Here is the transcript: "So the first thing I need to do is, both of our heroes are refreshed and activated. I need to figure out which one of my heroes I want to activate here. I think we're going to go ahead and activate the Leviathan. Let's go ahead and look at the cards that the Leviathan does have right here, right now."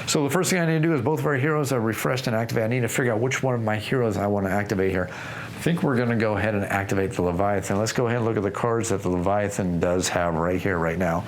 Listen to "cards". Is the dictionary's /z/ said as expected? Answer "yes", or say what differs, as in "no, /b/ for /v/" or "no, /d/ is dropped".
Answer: yes